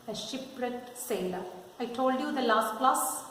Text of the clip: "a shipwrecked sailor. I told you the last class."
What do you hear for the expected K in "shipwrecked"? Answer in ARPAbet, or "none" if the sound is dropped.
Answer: none